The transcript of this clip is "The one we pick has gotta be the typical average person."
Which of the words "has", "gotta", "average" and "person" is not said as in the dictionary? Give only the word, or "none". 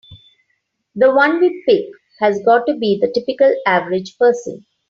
none